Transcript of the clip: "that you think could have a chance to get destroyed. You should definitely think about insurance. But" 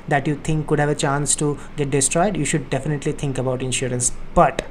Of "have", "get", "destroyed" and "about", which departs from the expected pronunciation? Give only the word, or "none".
none